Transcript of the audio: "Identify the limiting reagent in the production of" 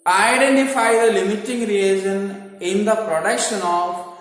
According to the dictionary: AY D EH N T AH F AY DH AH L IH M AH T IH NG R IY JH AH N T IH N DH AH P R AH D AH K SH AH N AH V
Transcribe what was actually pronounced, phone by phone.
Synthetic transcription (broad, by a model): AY D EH N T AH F AY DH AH L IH M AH T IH NG R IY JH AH N IH N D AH P R AH D AH K SH AH N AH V